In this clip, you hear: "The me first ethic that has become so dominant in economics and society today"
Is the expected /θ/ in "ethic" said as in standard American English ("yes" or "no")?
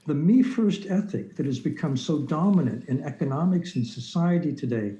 yes